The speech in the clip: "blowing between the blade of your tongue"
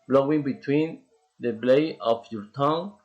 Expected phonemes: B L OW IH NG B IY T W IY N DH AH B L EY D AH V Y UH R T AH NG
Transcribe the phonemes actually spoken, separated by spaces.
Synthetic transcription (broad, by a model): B L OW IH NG B IY T W IY N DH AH B L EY AH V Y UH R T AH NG